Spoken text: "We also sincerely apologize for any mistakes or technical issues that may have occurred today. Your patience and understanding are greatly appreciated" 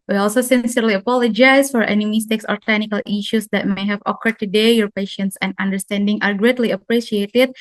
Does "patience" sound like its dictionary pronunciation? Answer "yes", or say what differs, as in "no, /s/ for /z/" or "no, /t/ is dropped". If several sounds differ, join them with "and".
yes